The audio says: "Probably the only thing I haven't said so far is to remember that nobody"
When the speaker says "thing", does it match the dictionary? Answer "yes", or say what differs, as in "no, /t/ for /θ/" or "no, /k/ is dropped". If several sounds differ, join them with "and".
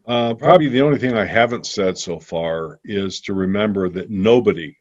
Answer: yes